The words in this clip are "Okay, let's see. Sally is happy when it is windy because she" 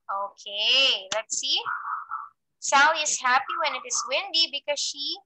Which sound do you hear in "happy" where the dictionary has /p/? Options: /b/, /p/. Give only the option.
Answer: /p/